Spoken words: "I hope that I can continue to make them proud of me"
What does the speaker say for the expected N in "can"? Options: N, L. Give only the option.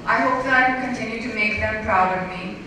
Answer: L